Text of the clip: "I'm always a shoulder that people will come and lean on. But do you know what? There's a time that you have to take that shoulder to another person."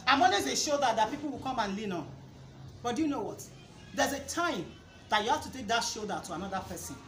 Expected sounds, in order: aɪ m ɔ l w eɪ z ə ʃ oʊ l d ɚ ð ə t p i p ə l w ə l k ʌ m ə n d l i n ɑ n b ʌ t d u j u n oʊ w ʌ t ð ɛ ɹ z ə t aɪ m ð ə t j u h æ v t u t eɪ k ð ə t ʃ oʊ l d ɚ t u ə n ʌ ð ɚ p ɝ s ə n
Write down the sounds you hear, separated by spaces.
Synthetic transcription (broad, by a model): aɪ m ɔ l w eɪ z ə ʃ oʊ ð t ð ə t p i p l w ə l k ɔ m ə n l i n ɑ n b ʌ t d u j u n oʊ w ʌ t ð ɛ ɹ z ə t aɪ m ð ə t j u h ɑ f t u t eɪ k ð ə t ʃ oʊ d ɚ t u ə n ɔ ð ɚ p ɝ s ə n